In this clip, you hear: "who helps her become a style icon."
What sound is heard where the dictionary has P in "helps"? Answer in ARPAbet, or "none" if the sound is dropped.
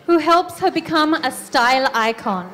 P